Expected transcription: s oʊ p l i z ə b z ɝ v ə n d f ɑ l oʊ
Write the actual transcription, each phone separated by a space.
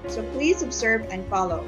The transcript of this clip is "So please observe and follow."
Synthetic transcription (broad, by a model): s oʊ p l i z ə b z ɝ v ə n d f ɑ l oʊ